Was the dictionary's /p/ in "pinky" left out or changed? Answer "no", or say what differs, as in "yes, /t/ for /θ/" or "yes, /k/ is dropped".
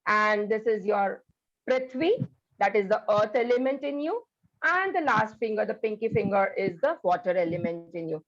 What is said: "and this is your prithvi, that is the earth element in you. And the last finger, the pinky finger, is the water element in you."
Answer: no